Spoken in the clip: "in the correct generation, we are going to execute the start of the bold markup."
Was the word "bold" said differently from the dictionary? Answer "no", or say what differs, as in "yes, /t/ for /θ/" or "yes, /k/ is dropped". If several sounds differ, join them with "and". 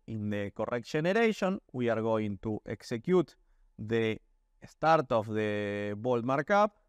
no